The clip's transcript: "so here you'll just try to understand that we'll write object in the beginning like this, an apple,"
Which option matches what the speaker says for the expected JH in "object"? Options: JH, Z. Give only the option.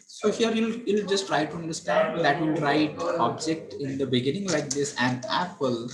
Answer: JH